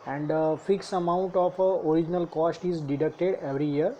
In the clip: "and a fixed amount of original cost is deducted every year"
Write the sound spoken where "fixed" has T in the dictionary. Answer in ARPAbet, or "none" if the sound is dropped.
none